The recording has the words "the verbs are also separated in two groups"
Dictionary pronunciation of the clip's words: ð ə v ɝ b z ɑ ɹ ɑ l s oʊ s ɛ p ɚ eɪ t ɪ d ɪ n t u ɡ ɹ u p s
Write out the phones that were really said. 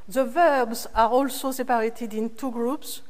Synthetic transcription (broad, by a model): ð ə v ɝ b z ɑ ɹ ɑ l s oʊ s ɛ p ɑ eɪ t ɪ d ɪ n t u ɡ ɹ u p s